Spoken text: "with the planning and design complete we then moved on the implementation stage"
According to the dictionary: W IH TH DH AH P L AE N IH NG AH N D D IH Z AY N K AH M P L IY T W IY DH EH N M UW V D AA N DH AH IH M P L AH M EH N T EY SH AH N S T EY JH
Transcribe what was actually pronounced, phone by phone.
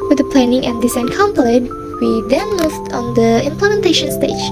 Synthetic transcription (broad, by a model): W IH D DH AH P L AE N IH NG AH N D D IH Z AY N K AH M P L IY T W IY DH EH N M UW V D AA N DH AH IH M P L AH M EH N T EY SH AH N S T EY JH